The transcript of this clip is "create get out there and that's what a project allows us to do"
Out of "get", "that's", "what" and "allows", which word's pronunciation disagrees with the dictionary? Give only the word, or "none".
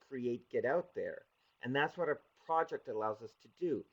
none